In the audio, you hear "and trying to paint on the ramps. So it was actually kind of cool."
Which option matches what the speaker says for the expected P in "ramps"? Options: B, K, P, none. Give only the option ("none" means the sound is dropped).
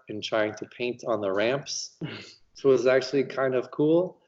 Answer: P